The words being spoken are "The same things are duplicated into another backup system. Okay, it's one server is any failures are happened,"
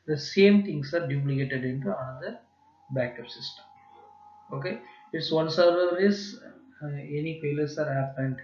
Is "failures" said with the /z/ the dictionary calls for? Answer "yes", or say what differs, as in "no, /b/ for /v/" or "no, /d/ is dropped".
no, /s/ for /z/